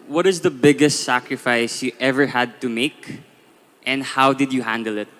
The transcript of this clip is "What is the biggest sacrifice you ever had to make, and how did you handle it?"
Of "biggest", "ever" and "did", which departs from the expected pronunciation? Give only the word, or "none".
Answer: none